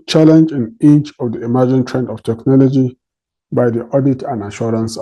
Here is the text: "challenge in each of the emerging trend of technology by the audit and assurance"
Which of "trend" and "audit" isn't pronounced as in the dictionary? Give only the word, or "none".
none